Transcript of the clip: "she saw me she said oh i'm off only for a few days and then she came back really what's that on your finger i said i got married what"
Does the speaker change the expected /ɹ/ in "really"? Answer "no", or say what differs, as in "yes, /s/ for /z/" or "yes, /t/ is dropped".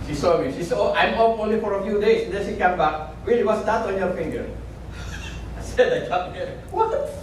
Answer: yes, /w/ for /ɹ/